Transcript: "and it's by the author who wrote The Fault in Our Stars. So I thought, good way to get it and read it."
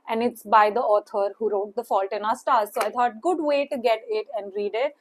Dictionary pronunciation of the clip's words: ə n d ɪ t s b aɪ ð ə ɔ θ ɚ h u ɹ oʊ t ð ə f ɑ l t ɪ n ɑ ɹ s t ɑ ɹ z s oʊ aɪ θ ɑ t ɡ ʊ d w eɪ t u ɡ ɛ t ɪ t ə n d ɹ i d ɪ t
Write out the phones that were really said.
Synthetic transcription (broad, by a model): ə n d ɪ t s b aɪ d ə ɔ t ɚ h u ɹ oʊ t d ə f ɑ l t ɪ n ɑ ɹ s t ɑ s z s oʊ aɪ t ɑ t ɡ ʊ d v eɪ t u ɡ ɛ t ɪ t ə n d ɹ i d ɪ t